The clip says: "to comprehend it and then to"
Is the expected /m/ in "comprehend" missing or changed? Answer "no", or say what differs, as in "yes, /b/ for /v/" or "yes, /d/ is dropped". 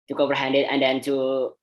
yes, /m/ is dropped